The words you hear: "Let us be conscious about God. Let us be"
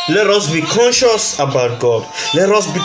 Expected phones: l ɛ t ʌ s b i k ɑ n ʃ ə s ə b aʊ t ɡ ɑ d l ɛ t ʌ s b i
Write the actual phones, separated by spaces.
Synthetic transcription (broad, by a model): l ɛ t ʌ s b i k ɑ n ʃ ə s ə b aʊ t ɡ ɑ d l ɛ t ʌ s b i